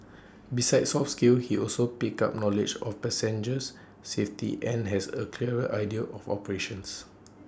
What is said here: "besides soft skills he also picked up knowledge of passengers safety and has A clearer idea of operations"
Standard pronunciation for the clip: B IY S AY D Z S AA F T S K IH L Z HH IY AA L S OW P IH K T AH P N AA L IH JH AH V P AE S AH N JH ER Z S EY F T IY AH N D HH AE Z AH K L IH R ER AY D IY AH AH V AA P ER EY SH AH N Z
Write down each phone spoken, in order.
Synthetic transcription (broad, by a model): B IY S AY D S AA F S K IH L HH IY AA L S OW P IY K AA P N AA L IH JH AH F P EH S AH N JH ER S EY F T IY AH N HH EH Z AH K L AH R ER AY D IY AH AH F AA P ER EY SH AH N S